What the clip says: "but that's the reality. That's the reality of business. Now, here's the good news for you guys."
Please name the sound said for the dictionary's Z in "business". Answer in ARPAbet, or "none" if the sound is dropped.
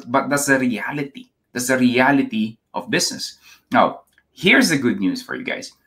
S